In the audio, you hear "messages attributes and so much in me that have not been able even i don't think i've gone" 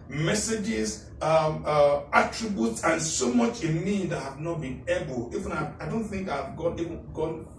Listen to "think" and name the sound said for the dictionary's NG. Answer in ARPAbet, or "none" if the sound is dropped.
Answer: NG